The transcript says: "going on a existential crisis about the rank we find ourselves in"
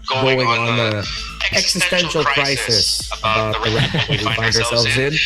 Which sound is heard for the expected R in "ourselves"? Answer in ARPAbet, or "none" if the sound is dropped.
R